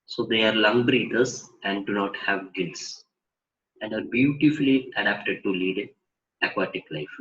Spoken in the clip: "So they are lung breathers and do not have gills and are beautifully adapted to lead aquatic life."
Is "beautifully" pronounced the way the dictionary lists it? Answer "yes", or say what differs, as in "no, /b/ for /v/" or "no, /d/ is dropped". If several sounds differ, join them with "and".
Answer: yes